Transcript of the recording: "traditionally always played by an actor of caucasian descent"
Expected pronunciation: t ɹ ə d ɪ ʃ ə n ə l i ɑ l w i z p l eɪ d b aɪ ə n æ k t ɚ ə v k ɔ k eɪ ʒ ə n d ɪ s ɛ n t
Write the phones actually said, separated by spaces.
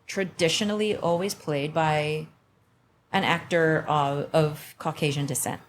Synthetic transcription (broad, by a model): t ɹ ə d ɪ ʃ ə n l i ɑ l w i z p l eɪ d b aɪ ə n æ k t ɚ ə v k ɔ k eɪ ʒ ə n d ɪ s ɛ n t